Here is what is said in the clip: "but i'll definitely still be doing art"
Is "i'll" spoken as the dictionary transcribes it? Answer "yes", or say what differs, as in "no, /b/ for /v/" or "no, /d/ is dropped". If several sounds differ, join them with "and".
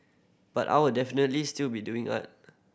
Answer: no, /w/ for /l/